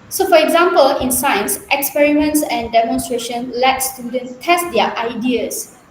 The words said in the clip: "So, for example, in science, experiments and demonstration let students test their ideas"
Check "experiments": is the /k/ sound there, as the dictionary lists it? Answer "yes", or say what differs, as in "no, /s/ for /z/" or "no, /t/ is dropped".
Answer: yes